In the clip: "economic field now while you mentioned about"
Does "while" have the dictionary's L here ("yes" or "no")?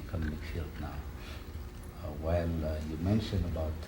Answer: no